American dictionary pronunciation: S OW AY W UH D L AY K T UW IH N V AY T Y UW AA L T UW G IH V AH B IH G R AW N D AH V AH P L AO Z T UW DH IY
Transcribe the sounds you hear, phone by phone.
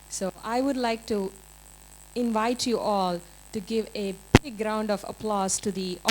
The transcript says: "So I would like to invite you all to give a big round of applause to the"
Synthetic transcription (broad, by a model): S OW AY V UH D L AY K T UW IH N V AY T Y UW AA L T UW G IH V AH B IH G R AW N D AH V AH P L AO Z T UW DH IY